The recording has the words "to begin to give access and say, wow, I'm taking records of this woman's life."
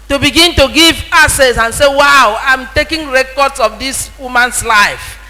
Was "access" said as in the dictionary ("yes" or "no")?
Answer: no